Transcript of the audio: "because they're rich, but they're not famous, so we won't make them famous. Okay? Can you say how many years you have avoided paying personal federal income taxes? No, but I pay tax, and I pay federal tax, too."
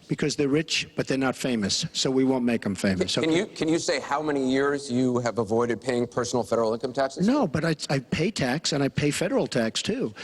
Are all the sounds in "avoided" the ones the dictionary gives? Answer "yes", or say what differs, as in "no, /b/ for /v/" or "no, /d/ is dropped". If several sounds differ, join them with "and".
yes